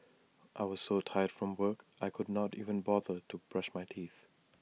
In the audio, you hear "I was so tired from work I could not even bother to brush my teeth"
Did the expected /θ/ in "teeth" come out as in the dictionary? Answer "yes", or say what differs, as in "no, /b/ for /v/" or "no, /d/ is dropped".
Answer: yes